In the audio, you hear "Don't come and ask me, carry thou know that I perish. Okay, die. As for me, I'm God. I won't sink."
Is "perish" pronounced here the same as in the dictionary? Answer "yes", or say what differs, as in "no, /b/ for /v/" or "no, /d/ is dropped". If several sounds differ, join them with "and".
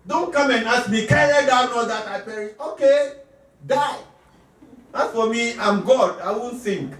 no, /ʃ/ is dropped